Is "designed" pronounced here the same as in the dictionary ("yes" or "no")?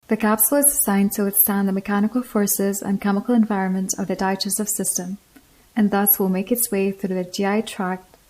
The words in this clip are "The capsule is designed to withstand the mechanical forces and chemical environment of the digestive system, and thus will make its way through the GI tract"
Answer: no